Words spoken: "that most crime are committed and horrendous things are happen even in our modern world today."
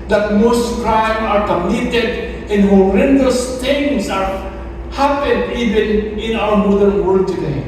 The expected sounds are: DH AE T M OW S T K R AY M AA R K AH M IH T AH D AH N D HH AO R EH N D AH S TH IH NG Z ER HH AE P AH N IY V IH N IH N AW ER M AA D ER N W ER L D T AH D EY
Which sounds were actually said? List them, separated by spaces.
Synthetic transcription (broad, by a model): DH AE T M OW S T K R AY M AA R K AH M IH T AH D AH N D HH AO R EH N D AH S T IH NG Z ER HH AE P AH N IY V IH N IH N AW ER M AA D ER N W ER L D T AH D EY